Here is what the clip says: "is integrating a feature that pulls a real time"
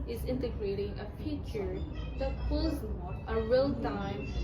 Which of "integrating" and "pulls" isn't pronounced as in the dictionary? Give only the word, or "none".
pulls